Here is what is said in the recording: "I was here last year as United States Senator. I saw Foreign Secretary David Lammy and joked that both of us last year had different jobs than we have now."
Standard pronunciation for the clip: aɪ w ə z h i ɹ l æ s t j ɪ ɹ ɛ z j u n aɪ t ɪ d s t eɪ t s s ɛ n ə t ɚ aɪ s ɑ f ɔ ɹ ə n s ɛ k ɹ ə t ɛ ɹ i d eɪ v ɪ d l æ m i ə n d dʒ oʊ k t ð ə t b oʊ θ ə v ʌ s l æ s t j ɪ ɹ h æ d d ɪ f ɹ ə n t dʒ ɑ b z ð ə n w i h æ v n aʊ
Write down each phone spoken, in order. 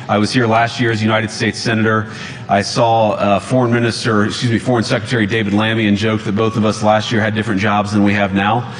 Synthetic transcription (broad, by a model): aɪ w ə z h i ɹ l æ s t j ɪ ɹ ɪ z j u n aɪ t ɪ d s t eɪ t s s ɛ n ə t ɚ aɪ s ɑ f ɔ ɹ ə n s ɛ k ɹ ə t ɛ ɹ i d eɪ v ɪ d l æ m i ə n dʒ oʊ k ð ə t b oʊ θ ə v ʌ s l æ s t j ɪ ɹ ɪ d d ɪ f ɹ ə n dʒ ɑ b z ð ə n w i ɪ v n aʊ